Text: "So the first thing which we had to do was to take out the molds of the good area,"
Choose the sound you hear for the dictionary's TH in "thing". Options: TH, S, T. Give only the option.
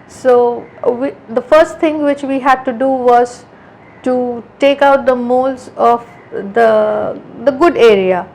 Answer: T